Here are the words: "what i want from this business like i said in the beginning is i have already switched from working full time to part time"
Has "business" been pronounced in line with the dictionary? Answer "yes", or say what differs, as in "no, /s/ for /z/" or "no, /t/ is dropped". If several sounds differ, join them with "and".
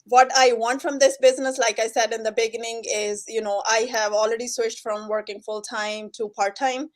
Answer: yes